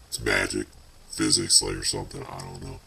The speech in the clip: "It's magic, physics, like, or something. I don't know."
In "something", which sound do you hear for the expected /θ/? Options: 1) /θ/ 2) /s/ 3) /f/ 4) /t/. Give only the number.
1